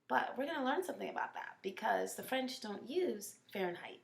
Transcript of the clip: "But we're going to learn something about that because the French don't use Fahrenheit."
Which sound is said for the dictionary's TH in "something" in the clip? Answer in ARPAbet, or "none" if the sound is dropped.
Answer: TH